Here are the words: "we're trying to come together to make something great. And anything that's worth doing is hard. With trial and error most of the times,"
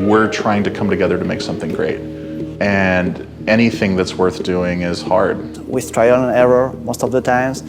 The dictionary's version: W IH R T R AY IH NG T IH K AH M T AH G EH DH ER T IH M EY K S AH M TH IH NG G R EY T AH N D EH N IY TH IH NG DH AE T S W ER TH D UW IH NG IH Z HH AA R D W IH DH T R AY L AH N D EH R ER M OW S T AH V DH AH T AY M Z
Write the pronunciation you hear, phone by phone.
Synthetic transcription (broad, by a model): W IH R T R AY IH NG T IH K AH M T AH G EH DH ER T IH M EY K S AH M TH IH NG G R EY T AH N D EH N IY TH IH NG DH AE T S W ER TH D UW IH NG IH Z HH AA R D W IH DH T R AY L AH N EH R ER M OW S T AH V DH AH T AY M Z